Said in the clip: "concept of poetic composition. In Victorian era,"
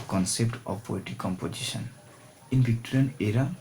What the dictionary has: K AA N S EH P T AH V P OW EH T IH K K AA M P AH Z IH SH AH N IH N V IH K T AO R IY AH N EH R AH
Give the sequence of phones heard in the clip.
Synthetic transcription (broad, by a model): K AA N S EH P T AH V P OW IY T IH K K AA M P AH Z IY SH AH N IH N B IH K T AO R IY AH N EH R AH